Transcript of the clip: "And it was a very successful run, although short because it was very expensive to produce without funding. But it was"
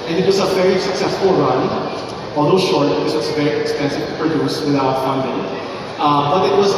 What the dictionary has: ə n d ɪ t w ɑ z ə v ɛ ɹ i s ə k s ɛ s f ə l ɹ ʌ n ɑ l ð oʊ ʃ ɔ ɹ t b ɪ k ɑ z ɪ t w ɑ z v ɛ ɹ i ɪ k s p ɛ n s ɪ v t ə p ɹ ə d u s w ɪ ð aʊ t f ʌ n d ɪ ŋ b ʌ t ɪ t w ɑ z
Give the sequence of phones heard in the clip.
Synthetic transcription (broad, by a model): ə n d ɪ t w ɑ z ə v ɛ ɹ i s ə k s ɛ s f ə l ɹ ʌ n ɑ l oʊ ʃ ɔ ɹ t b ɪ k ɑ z ɪ t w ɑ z v ɛ ɹ i ɪ k s p ɛ n s ɪ v p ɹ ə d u s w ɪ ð aʊ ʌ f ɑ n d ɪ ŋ b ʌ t ɪ t w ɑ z